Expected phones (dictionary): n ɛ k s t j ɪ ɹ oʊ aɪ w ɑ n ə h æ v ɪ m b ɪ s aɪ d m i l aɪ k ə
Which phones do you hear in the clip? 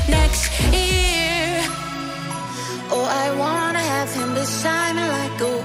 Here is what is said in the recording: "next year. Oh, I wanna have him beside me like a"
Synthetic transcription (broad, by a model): n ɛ k s t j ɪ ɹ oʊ aɪ w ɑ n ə h æ v ɪ m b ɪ ʃ aɪ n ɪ l aɪ k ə